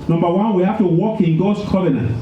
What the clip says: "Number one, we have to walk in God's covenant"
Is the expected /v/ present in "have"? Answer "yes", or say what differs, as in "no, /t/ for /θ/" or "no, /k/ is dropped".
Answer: no, /f/ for /v/